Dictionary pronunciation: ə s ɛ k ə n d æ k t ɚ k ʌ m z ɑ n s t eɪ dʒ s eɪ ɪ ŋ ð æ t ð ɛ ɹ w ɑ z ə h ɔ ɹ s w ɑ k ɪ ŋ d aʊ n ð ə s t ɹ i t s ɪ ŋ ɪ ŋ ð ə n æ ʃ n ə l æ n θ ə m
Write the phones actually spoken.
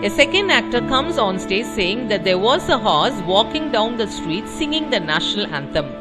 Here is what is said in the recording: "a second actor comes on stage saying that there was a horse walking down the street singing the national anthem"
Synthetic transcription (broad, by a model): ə s ɛ k ə n d æ k t ɚ k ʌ m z ɑ n s t eɪ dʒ s eɪ ɪ ŋ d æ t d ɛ ɹ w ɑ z ə h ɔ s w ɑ k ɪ ŋ d aʊ n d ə s t ɹ i t s ɪ ŋ ɪ ŋ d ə n æ ʃ n ə l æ n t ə m